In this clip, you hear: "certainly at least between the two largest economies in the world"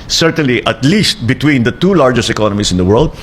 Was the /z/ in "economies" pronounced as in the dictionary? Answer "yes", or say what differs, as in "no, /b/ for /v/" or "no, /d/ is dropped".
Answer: no, /s/ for /z/